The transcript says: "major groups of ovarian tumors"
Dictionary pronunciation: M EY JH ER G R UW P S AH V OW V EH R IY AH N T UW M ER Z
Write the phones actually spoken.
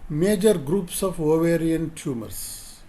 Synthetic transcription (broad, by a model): M EY JH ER G R UW P S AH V OW V EH R IY AH N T UW M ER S